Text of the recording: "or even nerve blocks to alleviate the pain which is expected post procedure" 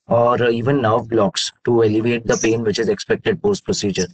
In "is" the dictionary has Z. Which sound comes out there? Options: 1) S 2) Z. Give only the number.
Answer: 2